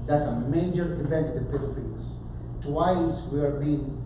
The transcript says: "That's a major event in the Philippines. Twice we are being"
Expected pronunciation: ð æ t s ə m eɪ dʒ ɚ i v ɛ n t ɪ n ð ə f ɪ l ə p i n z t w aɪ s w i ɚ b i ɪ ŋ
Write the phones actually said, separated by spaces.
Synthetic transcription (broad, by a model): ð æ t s ə m eɪ dʒ ɚ i v ɛ n t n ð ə p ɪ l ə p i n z t w aɪ s w i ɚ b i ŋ